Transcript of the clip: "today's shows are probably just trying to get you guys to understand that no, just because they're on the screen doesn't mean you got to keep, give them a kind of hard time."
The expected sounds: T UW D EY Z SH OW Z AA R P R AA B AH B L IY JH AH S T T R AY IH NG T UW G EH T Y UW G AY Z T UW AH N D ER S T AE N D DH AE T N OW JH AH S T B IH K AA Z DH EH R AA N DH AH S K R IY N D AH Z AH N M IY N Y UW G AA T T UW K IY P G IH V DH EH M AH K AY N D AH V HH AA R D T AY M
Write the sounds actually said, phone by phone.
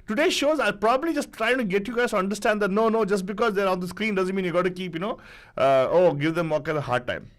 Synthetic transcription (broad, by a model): T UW D EY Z SH OW Z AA L P R AA B AH B L IY JH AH S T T R AY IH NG T UW G EH T Y UW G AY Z T UW AH N D ER S T AE N D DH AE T N OW JH AH S T B IH K AA Z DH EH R AA N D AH S K R IY N D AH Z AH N M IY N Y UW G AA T T UW K IY P G IH V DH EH M AH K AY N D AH HH AA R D T AY M